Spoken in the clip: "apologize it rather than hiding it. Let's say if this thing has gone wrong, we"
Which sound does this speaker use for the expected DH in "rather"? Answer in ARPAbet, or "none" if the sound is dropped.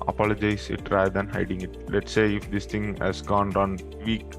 none